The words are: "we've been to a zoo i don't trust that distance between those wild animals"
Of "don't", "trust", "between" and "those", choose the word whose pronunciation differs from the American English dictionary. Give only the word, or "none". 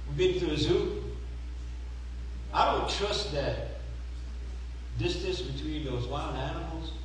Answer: none